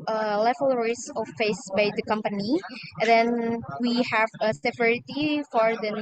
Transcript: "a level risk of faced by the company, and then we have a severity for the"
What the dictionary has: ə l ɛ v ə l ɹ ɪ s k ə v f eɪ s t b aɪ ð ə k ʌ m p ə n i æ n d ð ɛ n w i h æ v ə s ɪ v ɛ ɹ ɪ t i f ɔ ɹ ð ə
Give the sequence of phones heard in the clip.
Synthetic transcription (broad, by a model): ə l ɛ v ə l ɹ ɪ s ə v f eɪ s b aɪ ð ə k ʌ m p ə n i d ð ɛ n w i h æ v ə s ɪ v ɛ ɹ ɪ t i f ɔ ɹ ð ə